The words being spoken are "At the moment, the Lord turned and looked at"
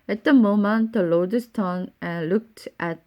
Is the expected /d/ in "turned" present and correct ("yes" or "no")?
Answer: no